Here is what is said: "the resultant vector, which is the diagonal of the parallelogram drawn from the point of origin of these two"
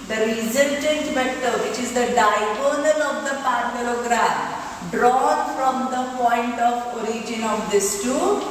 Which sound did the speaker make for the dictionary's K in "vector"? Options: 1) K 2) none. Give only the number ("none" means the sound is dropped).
2